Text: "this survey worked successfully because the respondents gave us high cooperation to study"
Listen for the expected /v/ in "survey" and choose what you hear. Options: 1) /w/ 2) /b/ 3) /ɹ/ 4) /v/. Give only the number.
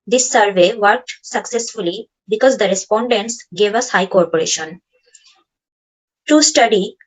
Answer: 4